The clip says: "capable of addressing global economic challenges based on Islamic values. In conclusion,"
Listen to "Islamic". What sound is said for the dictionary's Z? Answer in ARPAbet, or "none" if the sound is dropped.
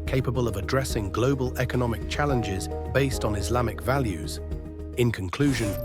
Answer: Z